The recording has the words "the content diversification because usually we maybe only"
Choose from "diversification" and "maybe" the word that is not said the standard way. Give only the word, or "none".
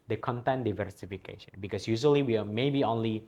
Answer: none